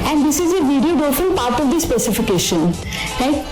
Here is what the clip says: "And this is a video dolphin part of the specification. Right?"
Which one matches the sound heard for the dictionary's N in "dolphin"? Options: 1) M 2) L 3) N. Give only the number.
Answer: 2